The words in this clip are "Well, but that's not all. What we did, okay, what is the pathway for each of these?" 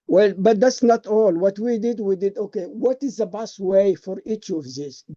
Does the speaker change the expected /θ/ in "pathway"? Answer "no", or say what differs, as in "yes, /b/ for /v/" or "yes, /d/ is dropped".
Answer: yes, /t/ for /θ/